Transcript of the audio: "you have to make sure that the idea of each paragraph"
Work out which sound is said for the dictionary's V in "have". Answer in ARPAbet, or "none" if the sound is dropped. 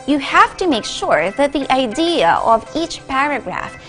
F